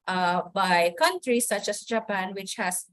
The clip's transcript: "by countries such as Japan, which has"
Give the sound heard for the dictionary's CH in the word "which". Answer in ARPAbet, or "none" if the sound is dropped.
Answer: CH